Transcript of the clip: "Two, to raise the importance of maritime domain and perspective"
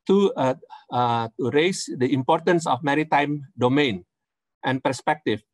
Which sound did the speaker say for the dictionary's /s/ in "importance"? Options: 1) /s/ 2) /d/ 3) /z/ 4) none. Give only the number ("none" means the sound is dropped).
1